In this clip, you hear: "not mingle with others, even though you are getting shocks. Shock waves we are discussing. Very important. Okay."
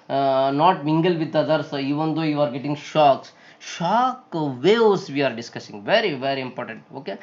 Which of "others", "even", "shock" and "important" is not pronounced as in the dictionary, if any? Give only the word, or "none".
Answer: others